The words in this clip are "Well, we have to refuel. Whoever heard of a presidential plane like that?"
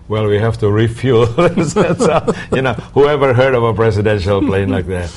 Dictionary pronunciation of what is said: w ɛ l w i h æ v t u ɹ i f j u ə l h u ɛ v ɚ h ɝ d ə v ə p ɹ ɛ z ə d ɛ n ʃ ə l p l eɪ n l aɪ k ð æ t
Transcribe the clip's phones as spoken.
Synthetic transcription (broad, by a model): w ɛ l w i h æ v t u ɹ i f j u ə n h u ɛ v ɚ h ɝ d ə v ə p ɹ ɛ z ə d ɛ n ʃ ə l p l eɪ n l aɪ k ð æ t